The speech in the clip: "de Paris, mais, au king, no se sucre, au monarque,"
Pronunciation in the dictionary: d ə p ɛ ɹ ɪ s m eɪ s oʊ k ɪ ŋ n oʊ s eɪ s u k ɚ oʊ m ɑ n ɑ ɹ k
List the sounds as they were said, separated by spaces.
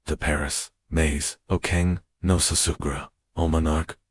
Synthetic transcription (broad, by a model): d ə p ɛ ɹ ɪ s m eɪ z oʊ k ɪ ŋ n oʊ s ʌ s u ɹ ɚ oʊ m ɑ n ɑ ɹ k